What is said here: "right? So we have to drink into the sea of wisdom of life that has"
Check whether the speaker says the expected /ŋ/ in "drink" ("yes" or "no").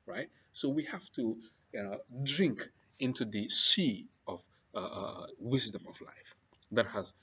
yes